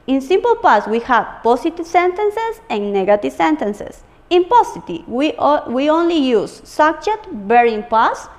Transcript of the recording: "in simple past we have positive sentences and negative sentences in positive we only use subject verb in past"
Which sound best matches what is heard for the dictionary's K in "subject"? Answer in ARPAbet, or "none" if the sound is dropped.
none